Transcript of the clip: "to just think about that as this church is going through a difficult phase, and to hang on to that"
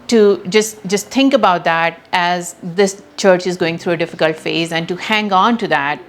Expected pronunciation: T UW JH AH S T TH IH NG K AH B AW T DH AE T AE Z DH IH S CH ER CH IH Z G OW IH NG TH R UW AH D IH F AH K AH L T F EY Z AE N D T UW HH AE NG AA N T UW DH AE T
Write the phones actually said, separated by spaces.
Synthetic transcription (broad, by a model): T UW JH AH S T T IH NG K AH B AW T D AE T AE Z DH IH S CH ER CH IH Z G OW IH NG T UW AH D IH F AH K AH L T F EY Z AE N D T UW HH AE NG AA N T UW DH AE T